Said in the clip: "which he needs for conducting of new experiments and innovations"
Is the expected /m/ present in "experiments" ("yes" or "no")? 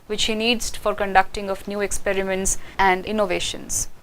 yes